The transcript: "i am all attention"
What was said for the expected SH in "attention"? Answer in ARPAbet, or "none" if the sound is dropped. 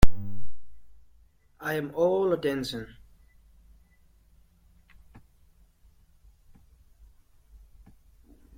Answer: S